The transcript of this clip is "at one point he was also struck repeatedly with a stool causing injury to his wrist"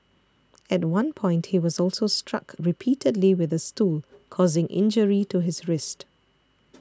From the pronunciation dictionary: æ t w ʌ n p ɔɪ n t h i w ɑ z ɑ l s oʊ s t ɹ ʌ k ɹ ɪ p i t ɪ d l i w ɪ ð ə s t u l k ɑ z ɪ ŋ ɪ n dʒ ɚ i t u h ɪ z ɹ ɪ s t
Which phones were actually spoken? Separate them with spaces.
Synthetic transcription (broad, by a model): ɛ t w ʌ n p ɔɪ n t h i w ɑ z ɑ l s oʊ s t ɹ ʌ k ɹ ɪ p i t ɪ d l i w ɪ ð ə s t u l k ɑ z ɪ ŋ ɪ n dʒ ɚ i t u h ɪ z ɹ ɪ s t